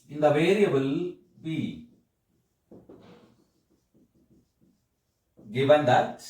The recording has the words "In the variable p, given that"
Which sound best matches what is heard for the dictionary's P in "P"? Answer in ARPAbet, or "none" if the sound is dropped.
B